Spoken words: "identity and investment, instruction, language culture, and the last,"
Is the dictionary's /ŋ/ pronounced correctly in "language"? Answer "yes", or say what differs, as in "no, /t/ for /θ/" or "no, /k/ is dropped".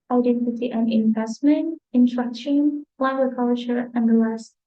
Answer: no, /ŋ/ is dropped